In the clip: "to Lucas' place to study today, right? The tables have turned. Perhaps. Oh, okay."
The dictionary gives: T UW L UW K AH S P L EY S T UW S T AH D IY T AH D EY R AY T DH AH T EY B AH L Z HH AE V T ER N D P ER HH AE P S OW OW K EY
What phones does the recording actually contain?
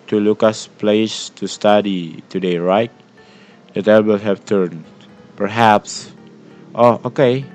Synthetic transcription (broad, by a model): T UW L UW K AH S P L EY S T UW S T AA D IY T AH D EY R AY T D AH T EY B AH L HH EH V T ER N P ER HH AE P S OW OW K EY